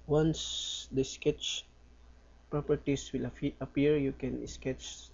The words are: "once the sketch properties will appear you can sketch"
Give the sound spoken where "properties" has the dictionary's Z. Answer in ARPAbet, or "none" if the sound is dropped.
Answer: S